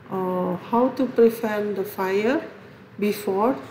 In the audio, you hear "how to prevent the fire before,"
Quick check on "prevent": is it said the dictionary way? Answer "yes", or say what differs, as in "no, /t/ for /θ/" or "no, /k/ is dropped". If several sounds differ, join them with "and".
no, /f/ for /v/